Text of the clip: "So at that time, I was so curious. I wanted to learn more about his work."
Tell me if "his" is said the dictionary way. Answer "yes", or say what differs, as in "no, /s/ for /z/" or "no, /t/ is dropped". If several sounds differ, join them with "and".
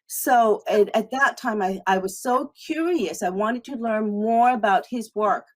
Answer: yes